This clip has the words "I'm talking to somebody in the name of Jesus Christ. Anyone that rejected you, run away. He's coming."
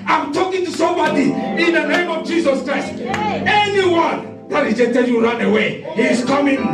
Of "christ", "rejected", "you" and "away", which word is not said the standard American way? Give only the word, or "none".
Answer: rejected